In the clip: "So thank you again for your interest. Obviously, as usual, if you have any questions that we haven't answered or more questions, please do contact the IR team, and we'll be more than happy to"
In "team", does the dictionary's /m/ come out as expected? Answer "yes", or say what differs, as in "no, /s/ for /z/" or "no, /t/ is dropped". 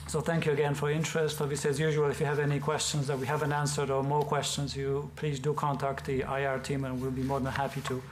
yes